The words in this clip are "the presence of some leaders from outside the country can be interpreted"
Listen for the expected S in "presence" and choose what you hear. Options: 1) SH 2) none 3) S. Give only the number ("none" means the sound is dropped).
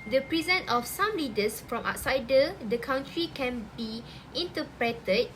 2